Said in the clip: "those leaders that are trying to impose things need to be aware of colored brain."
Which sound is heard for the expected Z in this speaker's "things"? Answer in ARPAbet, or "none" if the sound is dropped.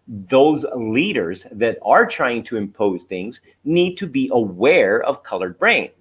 Z